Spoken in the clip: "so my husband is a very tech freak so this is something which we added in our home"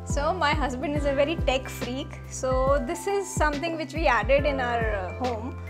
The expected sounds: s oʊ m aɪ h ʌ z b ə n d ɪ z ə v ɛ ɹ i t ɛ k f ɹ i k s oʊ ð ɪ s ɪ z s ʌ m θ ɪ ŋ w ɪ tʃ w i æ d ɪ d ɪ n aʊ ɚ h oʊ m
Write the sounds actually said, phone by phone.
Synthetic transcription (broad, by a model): s oʊ m aɪ h ʌ z b ə n d ɪ z ə v ɛ ɹ i t ɛ k f ɹ i k s oʊ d ɪ s ɪ z s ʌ m t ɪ ŋ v ɪ tʃ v i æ d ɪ d ɪ n aʊ ɚ h oʊ m